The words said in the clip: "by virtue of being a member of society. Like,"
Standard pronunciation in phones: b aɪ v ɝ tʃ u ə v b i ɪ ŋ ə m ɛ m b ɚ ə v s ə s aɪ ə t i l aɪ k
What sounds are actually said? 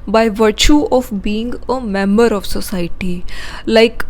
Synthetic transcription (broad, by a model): b aɪ v ɝ tʃ u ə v b i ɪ ŋ ə m ɛ m b ɚ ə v s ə s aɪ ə t i l aɪ k